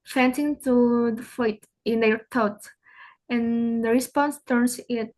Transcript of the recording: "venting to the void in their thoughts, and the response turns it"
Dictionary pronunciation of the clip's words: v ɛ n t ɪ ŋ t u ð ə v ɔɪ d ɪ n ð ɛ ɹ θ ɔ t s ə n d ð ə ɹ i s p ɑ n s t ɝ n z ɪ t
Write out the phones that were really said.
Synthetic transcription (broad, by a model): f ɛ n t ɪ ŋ t u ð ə f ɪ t ɪ n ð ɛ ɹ t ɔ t ə n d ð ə ɹ i s p ɑ n s t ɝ n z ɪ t